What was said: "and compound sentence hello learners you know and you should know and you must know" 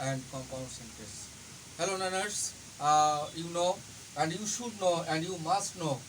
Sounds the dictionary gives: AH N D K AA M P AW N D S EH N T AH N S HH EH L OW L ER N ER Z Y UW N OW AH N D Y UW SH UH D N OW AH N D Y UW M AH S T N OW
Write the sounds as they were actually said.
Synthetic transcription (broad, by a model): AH N D K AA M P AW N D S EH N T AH S HH EH L OW N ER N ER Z Y UW N OW AH N D Y UW SH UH D N OW AH N D Y UW M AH S T N OW